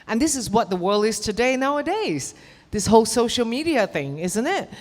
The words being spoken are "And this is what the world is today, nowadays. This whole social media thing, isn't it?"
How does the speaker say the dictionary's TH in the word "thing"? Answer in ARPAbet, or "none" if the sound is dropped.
TH